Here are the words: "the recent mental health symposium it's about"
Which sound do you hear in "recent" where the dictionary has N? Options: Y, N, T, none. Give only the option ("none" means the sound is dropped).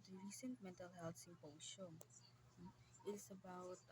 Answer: N